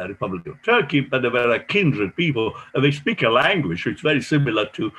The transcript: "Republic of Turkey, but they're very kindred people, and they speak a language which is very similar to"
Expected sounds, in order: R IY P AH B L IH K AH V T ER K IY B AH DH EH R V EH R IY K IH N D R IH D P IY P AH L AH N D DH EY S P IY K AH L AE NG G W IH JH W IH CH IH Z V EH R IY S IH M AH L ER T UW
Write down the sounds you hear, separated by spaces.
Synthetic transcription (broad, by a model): R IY P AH B L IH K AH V T ER K IY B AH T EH V EH R IY K IH N D R IH D P IY P AH L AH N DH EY S P IY K AH L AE NG G W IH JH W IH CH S V EH R IY S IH M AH L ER T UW